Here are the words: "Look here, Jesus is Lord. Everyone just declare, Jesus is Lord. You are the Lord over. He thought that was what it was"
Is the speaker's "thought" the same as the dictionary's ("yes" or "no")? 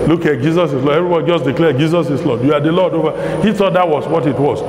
no